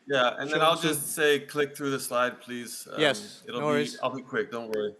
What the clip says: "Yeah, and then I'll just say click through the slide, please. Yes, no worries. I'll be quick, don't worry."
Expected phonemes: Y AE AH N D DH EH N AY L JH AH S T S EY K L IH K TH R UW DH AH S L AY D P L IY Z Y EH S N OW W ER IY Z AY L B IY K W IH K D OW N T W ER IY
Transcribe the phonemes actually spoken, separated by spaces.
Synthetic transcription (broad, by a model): Y AE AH N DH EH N AY L JH AH S T S EY K L IH K TH R UW DH AH S L AY D P L IY Z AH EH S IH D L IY AY L B IY K W IH K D OW N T W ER IY